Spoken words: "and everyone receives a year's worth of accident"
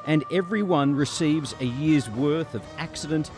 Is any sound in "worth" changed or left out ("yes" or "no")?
no